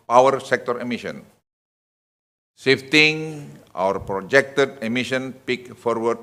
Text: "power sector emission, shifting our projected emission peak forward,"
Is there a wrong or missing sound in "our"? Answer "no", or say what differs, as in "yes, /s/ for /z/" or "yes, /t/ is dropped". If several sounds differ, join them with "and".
no